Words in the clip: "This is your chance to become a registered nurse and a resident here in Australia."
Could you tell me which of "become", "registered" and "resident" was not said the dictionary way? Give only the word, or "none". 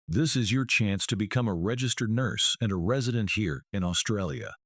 none